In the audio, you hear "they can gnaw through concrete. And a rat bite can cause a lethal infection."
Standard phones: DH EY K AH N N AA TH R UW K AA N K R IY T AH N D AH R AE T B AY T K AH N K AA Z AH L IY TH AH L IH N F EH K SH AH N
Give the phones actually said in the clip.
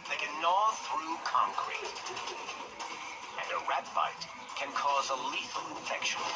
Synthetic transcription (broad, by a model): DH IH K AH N N AA TH R UW K AA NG K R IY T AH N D AH R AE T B AY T K AH N K AA Z AH L IY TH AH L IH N F EH K SH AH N